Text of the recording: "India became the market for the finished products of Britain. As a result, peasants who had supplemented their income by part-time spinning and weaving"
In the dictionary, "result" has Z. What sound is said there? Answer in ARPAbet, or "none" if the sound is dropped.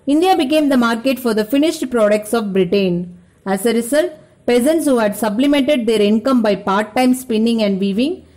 S